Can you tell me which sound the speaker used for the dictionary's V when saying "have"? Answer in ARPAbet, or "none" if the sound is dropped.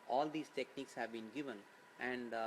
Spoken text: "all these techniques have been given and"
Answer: V